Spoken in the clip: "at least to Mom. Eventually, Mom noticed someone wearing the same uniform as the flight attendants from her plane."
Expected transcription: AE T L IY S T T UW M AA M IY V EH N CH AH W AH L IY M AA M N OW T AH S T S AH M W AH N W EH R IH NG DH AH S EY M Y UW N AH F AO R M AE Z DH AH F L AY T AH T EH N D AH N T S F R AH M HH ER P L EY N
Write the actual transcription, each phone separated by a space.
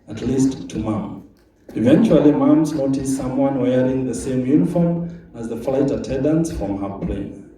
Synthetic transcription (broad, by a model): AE T L IY S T T UW M AA M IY V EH N CH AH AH L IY M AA M N OW T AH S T S AH M W AH N W EH R IH NG DH AH S EY M Y UW N AH F AO R M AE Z DH AH F L AY T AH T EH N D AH N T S F R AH M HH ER P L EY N